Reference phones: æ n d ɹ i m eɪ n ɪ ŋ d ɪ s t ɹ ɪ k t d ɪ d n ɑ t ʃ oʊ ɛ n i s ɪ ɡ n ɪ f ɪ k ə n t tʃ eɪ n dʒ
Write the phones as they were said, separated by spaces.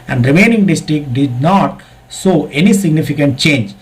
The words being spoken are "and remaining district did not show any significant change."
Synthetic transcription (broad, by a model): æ n d ɹ i m eɪ n ɪ ŋ d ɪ s t ɹ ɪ k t d ɪ d n ɑ t s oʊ ɛ n i s ɪ ɡ n ɪ f ɪ k ə n t tʃ eɪ n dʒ